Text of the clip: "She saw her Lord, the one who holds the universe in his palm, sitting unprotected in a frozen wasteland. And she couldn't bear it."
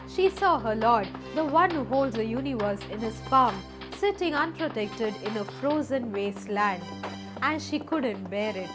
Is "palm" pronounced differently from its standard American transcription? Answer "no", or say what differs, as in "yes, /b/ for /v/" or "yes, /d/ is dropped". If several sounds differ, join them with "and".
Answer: yes, /f/ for /p/